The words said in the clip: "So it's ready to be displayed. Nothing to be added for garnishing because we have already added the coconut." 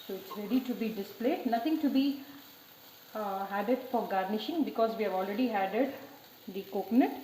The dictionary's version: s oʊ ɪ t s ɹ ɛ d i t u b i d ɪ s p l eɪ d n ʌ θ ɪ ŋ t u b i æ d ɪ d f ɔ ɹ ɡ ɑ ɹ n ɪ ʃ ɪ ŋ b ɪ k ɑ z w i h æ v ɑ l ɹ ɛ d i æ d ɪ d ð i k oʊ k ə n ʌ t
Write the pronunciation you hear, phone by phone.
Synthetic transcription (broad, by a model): s oʊ ɪ t s ɹ ɛ d i t u b i d ɪ s p l eɪ d n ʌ t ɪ ŋ t u b i æ d ɪ d f ɔ ɹ ɡ ɑ ɹ n ɪ ʃ ɪ ŋ b ɪ k ɑ z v i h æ v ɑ l ɹ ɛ d i æ d ɪ d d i k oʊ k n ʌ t